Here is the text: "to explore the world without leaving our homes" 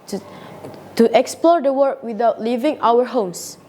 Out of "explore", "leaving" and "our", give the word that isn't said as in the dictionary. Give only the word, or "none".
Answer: none